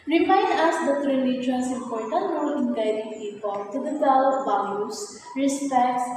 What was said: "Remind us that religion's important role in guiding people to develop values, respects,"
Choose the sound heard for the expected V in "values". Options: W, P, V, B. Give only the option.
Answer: B